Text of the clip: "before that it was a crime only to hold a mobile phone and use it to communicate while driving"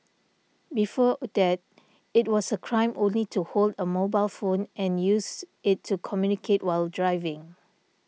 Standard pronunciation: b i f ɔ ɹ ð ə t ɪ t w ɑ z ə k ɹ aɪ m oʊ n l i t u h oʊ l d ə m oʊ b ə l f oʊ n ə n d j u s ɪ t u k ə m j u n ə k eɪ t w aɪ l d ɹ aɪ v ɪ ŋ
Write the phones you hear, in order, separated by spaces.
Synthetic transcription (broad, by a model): b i f ɔ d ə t ɪ t w ɑ s ə k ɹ aɪ m oʊ n l i t u h oʊ l d ə m oʊ b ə l f oʊ n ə n j u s ɪ t u k ə m j u n ə k eɪ t w aɪ l d ɹ aɪ v ɪ ŋ